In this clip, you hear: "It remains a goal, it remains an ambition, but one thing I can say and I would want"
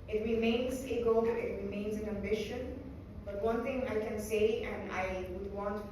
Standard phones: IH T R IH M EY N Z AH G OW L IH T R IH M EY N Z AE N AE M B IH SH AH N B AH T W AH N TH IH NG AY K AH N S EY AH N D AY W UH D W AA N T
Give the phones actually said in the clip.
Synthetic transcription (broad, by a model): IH T R IH M EY N Z AH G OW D IH T R IH M EY N Z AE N AE M B IH SH AH N B AH T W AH N T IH NG AY K AH N S EY AH N D AY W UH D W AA N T